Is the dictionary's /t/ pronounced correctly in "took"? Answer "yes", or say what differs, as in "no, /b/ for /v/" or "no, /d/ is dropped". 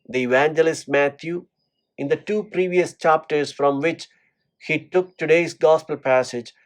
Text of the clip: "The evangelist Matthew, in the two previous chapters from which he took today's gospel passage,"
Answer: yes